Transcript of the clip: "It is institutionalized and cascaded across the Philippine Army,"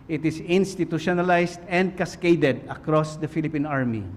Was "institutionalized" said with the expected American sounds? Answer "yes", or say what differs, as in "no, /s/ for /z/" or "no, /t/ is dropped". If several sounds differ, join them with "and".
no, /s/ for /z/